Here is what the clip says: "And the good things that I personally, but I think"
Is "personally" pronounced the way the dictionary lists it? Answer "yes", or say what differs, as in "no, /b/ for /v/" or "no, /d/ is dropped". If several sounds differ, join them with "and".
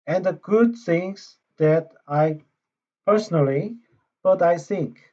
yes